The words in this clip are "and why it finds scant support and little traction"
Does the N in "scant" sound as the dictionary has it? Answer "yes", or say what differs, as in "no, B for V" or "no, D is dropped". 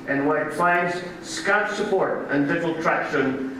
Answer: no, N is dropped